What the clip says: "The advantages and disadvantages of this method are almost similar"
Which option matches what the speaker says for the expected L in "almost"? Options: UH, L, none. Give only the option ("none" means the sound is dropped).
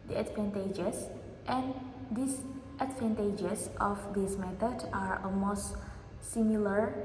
none